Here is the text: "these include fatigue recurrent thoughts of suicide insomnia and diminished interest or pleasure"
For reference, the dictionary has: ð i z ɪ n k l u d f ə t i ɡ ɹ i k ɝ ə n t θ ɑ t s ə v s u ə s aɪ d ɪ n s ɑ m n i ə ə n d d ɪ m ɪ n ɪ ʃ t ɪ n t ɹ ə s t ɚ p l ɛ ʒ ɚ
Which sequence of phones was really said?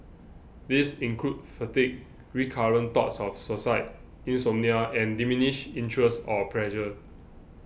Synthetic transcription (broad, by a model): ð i s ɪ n k l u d f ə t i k ɹ i k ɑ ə n t ɑ t s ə f s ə s aɪ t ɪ n s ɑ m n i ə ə n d d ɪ m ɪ n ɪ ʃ ɪ n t ɹ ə s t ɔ p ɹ ɛ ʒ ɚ